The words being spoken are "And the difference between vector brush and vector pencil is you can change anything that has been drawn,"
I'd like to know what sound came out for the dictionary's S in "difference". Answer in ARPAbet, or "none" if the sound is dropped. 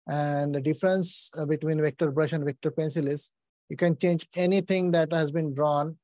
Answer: S